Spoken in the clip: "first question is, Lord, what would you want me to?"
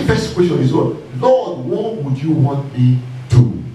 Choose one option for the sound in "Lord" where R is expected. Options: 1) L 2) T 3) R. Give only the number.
1